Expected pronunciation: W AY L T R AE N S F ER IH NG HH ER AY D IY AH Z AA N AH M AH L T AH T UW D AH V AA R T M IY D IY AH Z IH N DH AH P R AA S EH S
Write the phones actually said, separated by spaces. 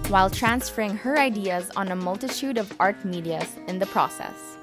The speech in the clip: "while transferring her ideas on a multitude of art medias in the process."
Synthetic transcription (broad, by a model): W AY L T R AE N S F ER IH NG HH ER AY D IY AH Z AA N AH M AH L T AH T UW D AH V AA R T M IY D IY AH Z IH N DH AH P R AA S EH S